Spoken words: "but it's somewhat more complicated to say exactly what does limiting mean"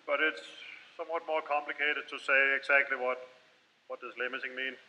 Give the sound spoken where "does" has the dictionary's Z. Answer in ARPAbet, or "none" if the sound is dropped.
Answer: S